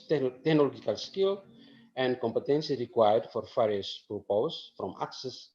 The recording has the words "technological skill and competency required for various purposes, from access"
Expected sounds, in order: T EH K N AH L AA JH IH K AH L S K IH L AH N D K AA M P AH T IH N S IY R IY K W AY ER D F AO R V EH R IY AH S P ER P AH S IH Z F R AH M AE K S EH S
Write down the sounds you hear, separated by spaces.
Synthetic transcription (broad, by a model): T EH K N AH L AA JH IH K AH L S K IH L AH N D K AA M P AH T IH N S IY R IY K W AY ER D F AO R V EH R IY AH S P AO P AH IH S F R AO M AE K S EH S